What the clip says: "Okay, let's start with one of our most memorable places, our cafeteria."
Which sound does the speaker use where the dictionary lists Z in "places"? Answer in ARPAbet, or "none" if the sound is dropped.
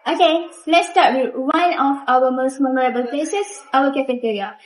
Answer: S